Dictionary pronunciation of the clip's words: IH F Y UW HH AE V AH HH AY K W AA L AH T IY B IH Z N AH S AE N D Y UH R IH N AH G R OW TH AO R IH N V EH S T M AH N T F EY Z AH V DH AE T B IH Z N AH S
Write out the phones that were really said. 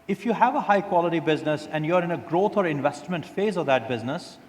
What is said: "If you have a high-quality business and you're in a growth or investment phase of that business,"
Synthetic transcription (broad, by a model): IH F Y UW HH AE V AH HH AY K W AA L AH T IY B IH Z N AH S AE N D Y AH R IH N AH G R OW T AO R IH N V EH S T M AH N T F EY Z AH V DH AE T B IH Z N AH S